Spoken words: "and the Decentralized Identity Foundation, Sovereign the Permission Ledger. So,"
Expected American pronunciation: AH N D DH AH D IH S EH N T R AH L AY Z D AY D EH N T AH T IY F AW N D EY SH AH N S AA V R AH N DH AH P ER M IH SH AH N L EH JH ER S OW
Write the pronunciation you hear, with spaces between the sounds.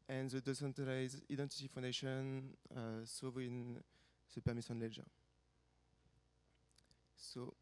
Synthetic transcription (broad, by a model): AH N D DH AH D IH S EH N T AH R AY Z AY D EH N T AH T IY F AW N D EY SH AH N S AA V AH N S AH P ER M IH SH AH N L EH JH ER S OW